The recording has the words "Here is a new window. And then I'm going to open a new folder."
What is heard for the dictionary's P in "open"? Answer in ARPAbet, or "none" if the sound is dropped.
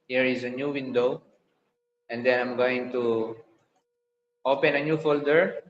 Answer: P